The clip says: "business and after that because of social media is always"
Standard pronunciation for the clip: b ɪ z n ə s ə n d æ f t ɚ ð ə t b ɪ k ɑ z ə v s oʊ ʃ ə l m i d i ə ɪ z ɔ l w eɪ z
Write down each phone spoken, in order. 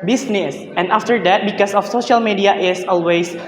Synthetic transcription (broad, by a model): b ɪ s n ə s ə n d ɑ f t ɚ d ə t b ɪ k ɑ s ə f s oʊ ʃ ə l m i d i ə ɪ s ɔ l w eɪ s